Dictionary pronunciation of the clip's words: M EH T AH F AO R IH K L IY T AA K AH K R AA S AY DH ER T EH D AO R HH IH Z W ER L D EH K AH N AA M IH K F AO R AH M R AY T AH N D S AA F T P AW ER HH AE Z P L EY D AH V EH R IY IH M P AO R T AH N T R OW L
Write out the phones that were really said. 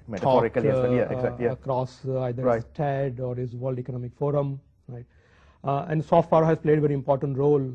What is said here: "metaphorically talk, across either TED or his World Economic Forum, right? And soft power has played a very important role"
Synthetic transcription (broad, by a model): M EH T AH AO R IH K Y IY S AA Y AH K R AA S AY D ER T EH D AO R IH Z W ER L D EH K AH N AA M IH K F AO R AH M R AY T AH N D S AA F T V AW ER HH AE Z P L EY D AH V EH R IY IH M P AO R T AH N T R OW L